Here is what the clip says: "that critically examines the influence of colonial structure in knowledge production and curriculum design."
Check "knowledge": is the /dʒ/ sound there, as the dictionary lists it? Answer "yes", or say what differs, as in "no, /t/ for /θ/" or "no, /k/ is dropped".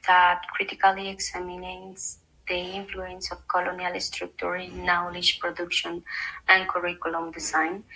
no, /ʃ/ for /dʒ/